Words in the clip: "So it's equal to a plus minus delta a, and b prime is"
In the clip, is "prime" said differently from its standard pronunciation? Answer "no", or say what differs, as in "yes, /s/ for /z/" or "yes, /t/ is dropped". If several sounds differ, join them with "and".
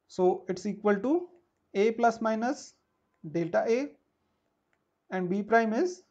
no